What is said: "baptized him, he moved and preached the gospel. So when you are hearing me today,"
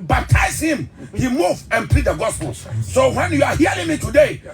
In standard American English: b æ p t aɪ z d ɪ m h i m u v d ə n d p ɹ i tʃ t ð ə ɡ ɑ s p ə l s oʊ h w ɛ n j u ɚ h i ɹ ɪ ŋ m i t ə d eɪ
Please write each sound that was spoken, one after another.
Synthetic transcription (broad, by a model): b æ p t aɪ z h ɪ m h i m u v ə n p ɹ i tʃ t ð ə ɡ ɑ s p ə l s oʊ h w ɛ n j u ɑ h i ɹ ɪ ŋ m i t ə d eɪ